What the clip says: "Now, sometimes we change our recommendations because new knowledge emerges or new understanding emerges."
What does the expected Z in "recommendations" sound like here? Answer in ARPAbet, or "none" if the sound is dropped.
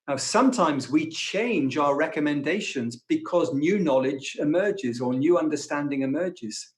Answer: Z